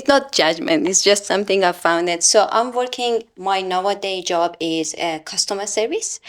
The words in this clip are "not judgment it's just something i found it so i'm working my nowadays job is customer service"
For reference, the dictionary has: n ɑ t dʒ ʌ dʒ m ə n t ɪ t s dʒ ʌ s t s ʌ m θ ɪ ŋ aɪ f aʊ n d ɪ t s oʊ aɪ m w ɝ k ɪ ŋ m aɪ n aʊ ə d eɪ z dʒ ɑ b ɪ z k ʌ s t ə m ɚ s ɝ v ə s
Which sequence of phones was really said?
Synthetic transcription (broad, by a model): n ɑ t dʒ ʌ dʒ m ə n t ɪ t s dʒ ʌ s t s ʌ m θ ɪ ŋ aɪ f aʊ n d ɪ t s oʊ aɪ m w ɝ k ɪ ŋ m aɪ n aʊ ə d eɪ dʒ ɑ b ɪ z k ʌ s t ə m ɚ s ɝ v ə s